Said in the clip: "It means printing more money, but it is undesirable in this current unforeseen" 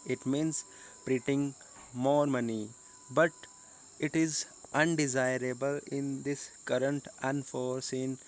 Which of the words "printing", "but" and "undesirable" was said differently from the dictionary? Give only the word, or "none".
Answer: printing